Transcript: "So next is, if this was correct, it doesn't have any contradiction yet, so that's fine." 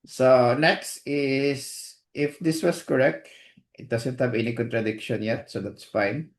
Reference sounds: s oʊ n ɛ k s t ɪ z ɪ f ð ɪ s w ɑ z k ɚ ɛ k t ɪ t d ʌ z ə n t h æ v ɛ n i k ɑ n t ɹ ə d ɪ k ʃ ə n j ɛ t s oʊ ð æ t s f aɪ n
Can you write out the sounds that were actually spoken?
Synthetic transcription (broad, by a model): s oʊ n ɛ k s t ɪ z ɪ f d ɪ s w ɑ s k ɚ ɛ k t ɪ t d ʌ s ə n t h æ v ɛ n i k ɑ n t ɹ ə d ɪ k ʃ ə n j ɛ t s oʊ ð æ t s f aɪ n